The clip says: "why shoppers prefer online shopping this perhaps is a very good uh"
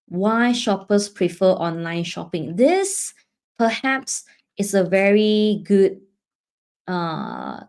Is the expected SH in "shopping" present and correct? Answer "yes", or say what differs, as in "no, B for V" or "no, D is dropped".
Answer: yes